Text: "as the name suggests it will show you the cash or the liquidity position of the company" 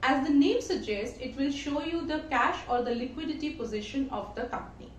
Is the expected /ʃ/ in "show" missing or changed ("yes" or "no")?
no